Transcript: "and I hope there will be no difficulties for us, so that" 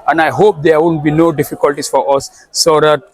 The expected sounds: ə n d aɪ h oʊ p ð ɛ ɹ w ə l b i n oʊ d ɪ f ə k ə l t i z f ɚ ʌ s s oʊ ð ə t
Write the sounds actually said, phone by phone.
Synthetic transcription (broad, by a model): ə n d aɪ h oʊ p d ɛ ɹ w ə n b i n oʊ d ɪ f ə k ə l t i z f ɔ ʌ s s oʊ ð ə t